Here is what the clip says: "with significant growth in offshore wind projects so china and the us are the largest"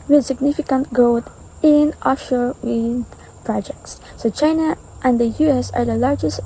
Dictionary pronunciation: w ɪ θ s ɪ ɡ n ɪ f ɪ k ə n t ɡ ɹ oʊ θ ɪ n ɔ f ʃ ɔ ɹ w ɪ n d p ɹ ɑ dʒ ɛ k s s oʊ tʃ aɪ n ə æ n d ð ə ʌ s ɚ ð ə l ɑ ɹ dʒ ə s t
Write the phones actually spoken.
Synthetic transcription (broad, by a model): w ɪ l s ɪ ɡ n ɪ f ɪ k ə n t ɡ oʊ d ɪ n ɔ ʃ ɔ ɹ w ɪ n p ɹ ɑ dʒ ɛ k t s oʊ tʃ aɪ n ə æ n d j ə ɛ s ɚ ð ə l ɑ ɹ dʒ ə s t